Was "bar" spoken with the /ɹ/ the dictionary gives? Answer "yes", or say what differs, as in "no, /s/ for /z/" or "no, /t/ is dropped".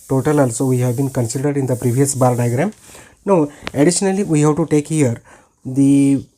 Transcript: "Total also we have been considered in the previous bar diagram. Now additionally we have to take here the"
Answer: no, /l/ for /ɹ/